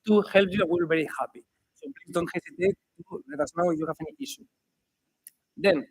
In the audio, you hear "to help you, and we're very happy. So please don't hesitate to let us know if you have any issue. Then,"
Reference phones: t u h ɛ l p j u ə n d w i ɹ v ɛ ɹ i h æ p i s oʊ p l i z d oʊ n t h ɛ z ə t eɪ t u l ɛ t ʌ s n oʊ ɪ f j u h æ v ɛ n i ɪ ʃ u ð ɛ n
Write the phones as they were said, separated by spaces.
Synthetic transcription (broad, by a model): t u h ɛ l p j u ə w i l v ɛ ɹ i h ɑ p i s oʊ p l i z d oʊ n t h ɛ s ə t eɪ t u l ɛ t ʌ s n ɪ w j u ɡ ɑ f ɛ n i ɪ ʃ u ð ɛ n